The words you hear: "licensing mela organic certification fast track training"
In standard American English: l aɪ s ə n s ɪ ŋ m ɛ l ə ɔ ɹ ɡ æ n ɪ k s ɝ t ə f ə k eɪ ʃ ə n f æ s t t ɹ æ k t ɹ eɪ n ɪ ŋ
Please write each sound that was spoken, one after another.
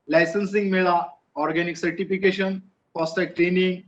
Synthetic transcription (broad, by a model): l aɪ s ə n s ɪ ŋ m ɛ l ə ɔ ɹ ɡ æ n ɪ k s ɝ t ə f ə k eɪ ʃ ə n p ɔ s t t ɛ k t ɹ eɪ n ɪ ŋ